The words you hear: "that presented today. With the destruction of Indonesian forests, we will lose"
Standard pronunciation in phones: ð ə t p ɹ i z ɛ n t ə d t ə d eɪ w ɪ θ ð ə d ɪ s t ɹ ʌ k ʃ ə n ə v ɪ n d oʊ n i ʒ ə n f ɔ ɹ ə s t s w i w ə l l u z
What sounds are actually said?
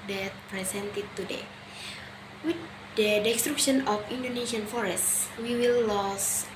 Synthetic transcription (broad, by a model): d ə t p ɹ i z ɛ n t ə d t ə d eɪ w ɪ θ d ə d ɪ s t ɹ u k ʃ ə n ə f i n d oʊ n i s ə n f ɔ ɹ ə s t s w i w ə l l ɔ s